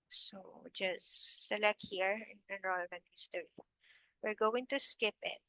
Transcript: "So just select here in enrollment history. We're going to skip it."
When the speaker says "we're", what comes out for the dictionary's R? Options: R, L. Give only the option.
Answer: R